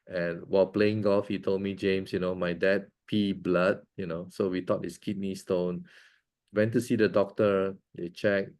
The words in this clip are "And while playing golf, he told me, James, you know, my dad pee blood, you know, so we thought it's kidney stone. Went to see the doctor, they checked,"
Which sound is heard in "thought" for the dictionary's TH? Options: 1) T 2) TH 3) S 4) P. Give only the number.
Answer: 1